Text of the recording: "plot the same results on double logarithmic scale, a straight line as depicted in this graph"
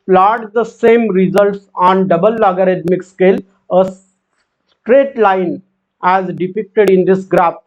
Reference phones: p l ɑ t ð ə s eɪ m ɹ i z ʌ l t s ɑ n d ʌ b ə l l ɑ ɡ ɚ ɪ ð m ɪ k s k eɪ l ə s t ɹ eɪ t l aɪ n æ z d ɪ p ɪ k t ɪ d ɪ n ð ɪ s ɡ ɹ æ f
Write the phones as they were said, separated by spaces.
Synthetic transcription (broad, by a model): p l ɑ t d ə s eɪ m ɹ i z ʌ l t s ɑ n d ʌ b ə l l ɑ ɡ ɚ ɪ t m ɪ k s k eɪ l ə s t ɹ eɪ t l aɪ n æ z d ɪ p ɪ k t ɪ d ɪ n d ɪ s ɡ ɹ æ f